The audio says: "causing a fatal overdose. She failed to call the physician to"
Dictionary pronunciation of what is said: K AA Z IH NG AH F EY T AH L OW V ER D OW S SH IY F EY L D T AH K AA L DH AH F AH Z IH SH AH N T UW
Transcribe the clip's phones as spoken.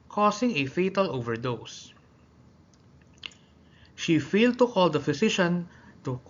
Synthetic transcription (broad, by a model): K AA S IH NG AH F EY T AH L OW V ER D OW S SH IY F EY L D T AH K AA L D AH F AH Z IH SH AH N T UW